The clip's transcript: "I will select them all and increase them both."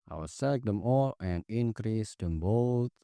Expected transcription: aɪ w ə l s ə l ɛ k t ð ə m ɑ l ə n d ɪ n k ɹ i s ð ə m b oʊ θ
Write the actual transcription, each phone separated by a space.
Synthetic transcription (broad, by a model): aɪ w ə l s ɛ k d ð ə m ɑ l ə n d ɪ n k ɹ i s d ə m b oʊ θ